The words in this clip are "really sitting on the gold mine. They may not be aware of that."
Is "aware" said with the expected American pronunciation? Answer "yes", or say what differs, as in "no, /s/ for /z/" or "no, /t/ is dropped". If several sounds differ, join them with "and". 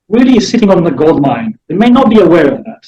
yes